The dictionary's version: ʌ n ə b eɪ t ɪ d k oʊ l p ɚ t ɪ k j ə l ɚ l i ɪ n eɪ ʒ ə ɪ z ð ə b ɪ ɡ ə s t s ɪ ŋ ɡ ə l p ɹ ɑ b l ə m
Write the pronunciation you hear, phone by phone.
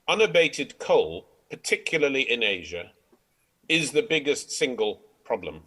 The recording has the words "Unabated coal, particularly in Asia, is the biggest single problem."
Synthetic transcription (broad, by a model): ʌ n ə b eɪ t ɪ d k oʊ l p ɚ t ɪ k j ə l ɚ l i ɪ n eɪ ʒ ə ɪ z ð ə b ɪ ɡ ə s t s ɪ ŋ ɡ ə l p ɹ ɑ b l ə m